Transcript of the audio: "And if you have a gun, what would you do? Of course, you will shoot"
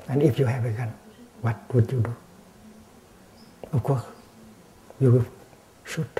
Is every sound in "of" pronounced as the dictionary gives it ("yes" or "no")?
no